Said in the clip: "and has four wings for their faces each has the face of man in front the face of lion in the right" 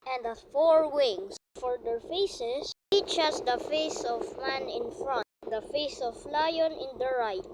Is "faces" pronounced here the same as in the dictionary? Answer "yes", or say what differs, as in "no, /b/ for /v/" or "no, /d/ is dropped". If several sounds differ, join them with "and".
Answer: no, /s/ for /z/